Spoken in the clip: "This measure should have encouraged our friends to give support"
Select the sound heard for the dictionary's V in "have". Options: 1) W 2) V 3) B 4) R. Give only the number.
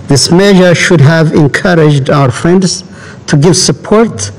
2